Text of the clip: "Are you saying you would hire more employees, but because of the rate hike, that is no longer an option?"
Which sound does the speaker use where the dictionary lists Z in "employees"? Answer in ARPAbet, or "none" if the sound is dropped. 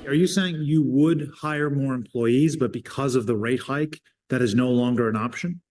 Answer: Z